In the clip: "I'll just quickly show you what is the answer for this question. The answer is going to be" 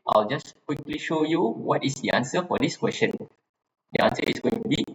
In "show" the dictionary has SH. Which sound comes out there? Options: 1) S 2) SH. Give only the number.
2